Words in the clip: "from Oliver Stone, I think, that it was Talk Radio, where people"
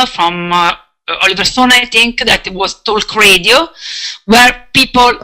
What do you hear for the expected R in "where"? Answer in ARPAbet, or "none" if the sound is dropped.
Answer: R